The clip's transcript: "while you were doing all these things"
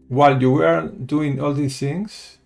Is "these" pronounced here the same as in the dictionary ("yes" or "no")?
no